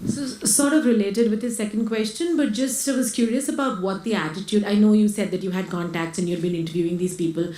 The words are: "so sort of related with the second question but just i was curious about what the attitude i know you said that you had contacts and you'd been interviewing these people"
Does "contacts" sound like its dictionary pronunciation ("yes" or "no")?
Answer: yes